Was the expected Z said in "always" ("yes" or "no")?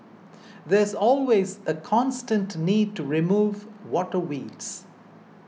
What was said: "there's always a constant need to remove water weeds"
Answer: yes